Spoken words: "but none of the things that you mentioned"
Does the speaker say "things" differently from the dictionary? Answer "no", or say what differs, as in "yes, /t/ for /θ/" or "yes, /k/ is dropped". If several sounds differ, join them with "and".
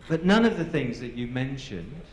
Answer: no